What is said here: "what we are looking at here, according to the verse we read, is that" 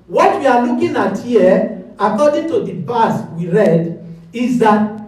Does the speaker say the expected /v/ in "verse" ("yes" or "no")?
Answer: no